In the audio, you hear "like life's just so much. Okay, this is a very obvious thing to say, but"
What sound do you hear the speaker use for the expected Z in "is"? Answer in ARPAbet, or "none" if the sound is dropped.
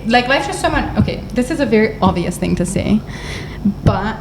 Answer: Z